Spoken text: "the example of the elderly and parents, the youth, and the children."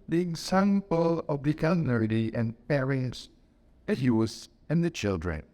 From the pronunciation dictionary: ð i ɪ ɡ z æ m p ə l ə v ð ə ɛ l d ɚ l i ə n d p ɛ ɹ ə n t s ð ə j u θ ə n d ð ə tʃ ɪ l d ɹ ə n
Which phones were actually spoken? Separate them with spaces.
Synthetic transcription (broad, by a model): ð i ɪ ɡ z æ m p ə l ə v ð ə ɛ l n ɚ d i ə n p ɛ ɹ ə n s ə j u s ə n ð ə tʃ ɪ l d ɹ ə n